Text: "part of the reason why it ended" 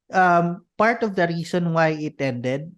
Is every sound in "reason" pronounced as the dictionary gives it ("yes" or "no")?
no